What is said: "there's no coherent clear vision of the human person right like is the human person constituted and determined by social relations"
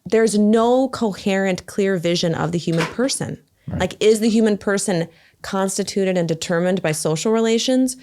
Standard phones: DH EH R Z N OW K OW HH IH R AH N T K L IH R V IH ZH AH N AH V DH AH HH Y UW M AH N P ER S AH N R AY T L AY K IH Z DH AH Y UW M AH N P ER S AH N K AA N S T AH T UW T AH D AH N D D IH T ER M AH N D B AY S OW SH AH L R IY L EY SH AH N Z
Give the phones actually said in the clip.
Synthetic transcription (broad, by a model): DH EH R Z N OW K OW HH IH R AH N K L IH R V IH ZH AH N AH V DH AH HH Y UW M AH N P ER S AH N L AY K IH Z DH AH Y UW M AH N P ER S AH N K AA N S T AH T UW T AH D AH N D D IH T ER M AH N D B AY S OW SH L R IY L EY SH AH N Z